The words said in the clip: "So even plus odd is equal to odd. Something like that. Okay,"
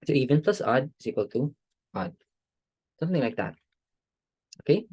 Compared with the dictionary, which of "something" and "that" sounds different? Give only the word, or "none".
none